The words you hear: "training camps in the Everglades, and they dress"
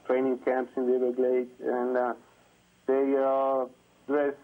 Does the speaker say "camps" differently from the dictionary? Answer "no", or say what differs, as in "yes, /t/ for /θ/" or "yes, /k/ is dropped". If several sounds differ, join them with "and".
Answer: no